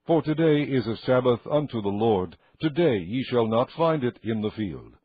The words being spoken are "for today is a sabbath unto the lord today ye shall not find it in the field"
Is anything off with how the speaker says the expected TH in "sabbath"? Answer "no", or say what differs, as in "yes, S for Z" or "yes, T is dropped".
no